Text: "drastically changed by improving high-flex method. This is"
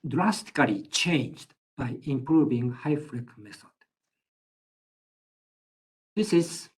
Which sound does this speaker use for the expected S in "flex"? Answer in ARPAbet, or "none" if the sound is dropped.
none